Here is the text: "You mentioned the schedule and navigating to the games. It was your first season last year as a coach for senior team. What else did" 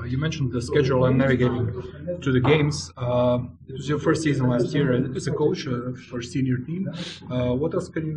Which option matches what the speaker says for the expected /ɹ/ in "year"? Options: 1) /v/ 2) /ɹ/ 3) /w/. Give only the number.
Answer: 3